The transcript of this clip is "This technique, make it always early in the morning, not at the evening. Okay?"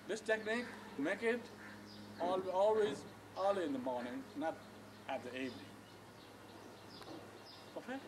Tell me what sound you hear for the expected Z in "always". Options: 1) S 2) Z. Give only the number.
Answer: 2